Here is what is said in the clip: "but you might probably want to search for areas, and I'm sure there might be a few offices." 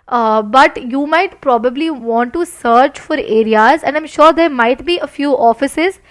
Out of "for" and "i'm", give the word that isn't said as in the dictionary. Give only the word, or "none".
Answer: none